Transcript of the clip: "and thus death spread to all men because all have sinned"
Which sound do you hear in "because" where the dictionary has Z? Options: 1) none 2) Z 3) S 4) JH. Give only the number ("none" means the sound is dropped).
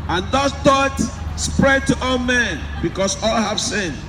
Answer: 3